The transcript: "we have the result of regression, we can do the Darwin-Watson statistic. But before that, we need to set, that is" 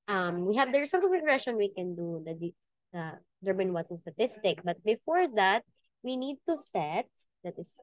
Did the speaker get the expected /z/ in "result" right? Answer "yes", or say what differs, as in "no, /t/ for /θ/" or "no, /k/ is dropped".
no, /s/ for /z/